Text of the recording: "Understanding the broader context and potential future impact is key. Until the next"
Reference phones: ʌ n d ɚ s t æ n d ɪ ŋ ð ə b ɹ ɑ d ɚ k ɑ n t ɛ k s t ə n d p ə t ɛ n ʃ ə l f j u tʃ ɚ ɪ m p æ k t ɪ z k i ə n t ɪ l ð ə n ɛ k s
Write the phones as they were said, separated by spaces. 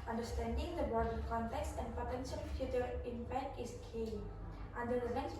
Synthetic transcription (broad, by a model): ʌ n d ɚ s t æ n d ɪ ŋ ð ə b ɑ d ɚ k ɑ n t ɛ k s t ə n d p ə t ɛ n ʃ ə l f j u tʃ ɚ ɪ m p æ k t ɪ s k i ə n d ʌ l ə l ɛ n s